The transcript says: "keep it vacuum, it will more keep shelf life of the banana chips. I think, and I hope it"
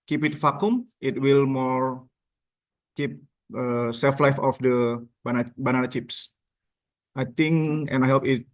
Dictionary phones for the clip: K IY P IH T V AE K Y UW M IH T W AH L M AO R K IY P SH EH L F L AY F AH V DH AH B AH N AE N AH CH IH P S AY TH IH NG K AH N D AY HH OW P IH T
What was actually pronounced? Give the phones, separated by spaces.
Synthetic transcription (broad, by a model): K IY P IH T F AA K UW M IH T W AH L M AO R K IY P S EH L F L AY F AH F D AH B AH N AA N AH CH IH P S AY T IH NG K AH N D AY HH OW P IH T